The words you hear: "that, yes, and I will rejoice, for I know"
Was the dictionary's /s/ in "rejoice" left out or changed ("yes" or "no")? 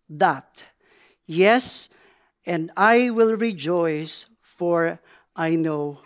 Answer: no